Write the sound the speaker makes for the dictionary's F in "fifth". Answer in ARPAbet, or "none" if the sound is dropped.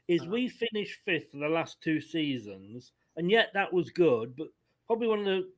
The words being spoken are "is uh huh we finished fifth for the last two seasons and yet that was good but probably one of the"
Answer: F